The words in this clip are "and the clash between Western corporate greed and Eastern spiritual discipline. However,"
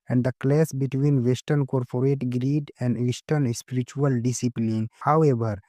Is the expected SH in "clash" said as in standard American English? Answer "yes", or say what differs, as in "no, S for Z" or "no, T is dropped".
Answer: no, S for SH